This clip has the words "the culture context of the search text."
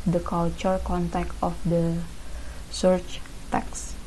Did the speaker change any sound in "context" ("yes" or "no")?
yes